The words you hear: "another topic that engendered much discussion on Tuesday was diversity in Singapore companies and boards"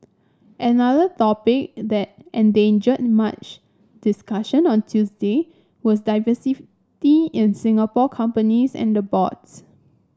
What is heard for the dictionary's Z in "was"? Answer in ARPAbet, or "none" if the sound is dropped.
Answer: S